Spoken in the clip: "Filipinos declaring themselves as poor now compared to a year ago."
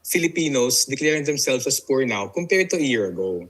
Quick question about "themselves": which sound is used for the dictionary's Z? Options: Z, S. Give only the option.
S